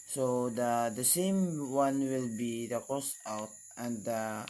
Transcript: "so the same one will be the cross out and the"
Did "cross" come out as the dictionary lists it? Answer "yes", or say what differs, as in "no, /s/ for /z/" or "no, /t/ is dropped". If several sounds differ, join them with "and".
no, /ɹ/ is dropped